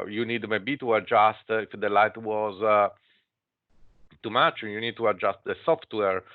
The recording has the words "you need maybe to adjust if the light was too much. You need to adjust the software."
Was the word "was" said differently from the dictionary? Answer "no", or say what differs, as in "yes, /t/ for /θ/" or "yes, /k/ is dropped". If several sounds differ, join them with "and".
no